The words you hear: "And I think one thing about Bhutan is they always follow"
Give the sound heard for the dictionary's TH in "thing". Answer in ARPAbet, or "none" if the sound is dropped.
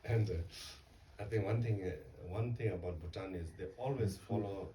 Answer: T